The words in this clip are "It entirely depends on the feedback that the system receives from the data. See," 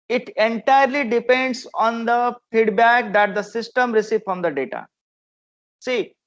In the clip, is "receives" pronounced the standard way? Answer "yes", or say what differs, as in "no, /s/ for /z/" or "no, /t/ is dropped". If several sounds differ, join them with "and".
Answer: no, /z/ is dropped